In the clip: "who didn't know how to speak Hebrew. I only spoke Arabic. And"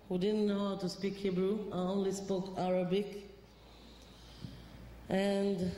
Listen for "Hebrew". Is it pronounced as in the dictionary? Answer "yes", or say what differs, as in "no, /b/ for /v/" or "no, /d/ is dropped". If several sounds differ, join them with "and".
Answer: yes